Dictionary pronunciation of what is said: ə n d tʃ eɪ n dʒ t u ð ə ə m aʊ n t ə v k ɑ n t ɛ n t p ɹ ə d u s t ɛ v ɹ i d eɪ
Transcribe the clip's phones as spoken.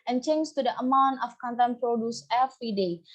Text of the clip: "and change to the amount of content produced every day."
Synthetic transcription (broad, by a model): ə n tʃ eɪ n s t u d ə ə m aʊ n t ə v k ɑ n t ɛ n p ɹ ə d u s ɛ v ɹ i d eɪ